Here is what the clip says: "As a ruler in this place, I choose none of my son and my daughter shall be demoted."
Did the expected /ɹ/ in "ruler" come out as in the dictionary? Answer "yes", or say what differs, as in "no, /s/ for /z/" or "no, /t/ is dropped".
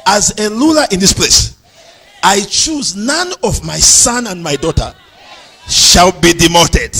no, /l/ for /ɹ/